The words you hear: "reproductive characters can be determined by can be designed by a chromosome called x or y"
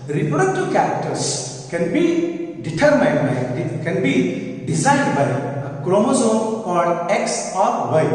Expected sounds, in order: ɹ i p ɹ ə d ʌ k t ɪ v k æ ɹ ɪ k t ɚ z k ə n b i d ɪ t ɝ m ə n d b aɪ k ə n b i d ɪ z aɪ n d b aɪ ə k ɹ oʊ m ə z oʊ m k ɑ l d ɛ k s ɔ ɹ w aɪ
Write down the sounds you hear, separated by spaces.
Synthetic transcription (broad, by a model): ɹ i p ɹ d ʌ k t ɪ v k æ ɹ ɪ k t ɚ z k ə n b i d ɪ t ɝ m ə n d b aɪ k ə n b i d ɪ z aɪ n d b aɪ ə k ɹ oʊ m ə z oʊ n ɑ d ɛ k s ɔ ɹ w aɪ